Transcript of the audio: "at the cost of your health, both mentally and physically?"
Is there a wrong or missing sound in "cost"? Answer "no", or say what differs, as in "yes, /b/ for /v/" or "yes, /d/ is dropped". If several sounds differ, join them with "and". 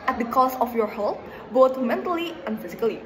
yes, /t/ is dropped